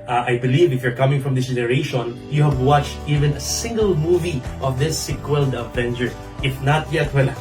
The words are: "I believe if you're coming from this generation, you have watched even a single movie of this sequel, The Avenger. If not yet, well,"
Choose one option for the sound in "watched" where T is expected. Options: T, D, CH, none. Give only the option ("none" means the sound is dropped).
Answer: T